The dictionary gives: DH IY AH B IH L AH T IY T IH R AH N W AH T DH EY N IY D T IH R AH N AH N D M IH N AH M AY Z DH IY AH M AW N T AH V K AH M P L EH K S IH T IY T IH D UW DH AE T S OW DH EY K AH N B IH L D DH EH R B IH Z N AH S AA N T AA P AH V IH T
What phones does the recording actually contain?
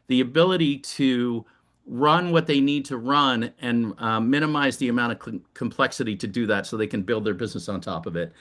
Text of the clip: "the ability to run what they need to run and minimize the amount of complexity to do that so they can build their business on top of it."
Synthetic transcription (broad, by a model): DH IY AH B IH L AH T IY T IH R AH N W AH T DH EY N IY D T IH R AH N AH N M IH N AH M AY Z DH IY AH M AW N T AH V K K M P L EH K S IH T IY T IH D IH DH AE T S OW DH EY K AH N B IH L D DH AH R B IH Z N AH S N T AA P AH V IH T